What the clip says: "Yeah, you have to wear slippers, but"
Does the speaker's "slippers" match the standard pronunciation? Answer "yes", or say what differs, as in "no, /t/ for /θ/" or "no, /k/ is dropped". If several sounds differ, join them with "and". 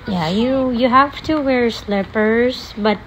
no, /s/ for /z/